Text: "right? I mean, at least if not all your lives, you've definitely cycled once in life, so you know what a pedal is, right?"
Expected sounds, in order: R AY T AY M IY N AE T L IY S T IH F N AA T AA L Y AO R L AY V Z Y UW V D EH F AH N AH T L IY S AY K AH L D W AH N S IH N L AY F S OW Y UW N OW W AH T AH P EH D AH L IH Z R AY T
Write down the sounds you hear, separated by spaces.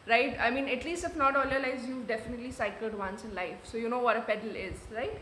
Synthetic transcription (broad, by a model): R AY T AY M IY N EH T L IY S T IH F N AA T AA L Y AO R L AY Z Y UW V D EH F AH N AH T L IY S AY K AH L D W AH N S IH N L AY F S OW Y UW N OW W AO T AH P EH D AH L IH Z R AY T